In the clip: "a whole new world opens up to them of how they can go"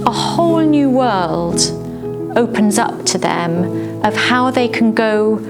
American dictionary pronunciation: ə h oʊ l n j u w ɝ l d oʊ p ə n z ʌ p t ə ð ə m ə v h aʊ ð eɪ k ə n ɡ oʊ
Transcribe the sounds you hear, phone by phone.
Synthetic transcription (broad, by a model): ə h oʊ l n j u w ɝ l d oʊ p ə n z ʌ p t ə ð ə m ə v h aʊ ð eɪ k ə n ɡ oʊ